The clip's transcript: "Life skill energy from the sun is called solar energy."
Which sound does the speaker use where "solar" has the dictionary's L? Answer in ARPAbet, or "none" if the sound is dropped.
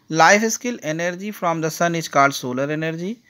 L